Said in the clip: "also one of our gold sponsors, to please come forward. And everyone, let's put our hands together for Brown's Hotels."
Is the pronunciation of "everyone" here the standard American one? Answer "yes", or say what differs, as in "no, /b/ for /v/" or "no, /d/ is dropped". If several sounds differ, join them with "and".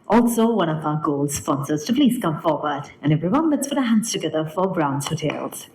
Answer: yes